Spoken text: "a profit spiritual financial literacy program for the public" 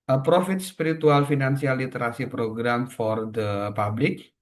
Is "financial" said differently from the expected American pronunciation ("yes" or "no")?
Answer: yes